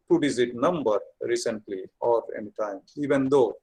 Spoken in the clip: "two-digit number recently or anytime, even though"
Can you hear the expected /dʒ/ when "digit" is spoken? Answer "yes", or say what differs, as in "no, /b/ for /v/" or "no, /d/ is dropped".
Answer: no, /z/ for /dʒ/